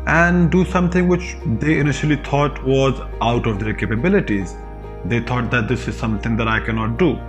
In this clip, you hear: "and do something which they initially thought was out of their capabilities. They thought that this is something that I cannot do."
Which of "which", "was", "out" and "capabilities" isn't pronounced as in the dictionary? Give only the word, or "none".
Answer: none